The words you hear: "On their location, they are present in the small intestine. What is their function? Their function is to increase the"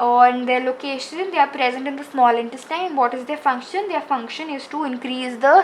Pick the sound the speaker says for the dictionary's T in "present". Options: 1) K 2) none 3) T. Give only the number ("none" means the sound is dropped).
3